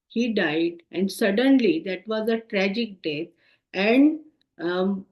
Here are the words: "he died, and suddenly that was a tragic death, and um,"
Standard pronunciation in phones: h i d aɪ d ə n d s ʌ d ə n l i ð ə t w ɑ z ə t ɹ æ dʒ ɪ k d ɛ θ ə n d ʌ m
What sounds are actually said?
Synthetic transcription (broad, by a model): h i d aɪ d ə n d s ʌ d ə n l i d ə t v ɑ z ə t ɹ æ dʒ ɪ k d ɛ t ə n d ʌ